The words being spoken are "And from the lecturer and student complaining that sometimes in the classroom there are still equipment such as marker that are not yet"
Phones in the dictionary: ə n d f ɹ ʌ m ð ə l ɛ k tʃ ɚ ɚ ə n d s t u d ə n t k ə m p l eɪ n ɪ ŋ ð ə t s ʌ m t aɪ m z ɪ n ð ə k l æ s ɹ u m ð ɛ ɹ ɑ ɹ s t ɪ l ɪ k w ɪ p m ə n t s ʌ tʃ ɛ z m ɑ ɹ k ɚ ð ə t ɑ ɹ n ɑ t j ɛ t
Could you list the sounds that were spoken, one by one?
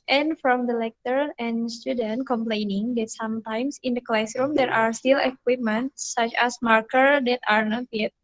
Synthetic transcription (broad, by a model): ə n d f ɹ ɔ m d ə l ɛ k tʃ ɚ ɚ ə n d s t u d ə n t k ə m p l eɪ n ɪ ŋ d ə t s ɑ m t aɪ m s ɪ n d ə k l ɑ s ɹ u m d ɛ ɹ ɑ ɹ s t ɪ l ɪ k w ɪ p m ə n t s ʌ tʃ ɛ s m ɑ ɹ k ɚ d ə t ɑ ɹ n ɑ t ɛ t